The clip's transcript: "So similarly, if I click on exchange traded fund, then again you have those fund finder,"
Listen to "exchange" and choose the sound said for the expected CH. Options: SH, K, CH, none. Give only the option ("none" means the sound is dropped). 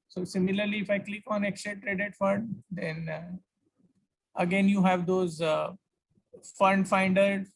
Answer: none